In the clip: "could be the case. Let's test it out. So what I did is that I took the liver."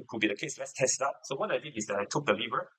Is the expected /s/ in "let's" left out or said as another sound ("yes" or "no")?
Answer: no